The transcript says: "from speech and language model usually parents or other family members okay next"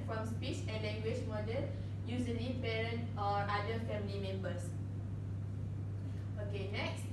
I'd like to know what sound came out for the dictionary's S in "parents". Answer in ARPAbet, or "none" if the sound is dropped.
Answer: none